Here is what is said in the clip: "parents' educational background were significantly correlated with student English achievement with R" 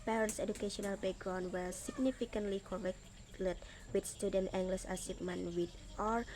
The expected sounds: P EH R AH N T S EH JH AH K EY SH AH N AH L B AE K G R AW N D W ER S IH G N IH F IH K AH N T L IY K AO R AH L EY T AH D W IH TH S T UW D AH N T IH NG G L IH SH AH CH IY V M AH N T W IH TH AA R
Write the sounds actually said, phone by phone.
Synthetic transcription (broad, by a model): P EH R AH N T S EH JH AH K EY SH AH N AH L B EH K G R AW N W ER S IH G N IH F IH K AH N T L IY K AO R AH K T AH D W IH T S T UW D AH N T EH NG G L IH S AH S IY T M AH N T W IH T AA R